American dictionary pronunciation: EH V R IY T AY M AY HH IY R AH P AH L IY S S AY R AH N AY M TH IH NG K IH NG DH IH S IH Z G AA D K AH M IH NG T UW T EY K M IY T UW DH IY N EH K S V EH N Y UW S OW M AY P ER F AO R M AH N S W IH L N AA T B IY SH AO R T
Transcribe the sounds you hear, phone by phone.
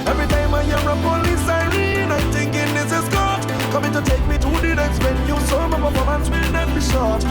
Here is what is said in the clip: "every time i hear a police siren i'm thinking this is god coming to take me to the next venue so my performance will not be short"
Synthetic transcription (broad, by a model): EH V R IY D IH M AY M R AH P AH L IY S S AY R AH N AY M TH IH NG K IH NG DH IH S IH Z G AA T K AH M IH NG T UW T EY K M IY T UW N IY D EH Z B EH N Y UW S OW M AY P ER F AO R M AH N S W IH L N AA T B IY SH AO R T